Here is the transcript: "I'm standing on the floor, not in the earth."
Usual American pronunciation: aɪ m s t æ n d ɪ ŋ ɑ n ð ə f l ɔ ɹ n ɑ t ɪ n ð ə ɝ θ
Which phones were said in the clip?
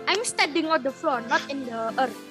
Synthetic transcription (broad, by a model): aɪ m s t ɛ d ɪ ŋ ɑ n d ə f l ɔ n ɑ t ɪ n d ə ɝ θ